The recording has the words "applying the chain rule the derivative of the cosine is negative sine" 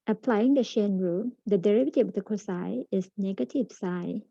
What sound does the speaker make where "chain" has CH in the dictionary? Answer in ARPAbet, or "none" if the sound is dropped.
SH